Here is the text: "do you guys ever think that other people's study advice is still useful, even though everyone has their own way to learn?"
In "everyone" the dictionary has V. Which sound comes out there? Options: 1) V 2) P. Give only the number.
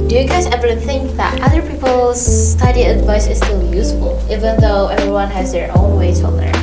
1